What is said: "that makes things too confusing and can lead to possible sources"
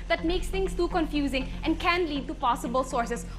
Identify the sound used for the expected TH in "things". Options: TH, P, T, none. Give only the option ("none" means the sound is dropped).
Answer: T